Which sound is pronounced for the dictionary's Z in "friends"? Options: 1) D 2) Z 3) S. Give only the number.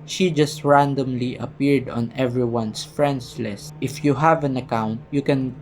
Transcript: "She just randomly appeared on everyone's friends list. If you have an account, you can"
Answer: 3